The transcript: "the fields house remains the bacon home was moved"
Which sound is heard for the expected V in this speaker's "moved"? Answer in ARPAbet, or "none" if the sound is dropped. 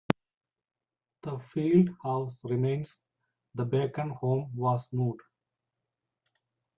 none